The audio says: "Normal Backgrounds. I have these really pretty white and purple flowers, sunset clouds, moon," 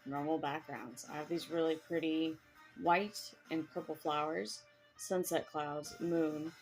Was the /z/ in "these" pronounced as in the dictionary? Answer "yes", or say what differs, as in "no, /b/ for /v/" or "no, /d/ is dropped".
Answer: yes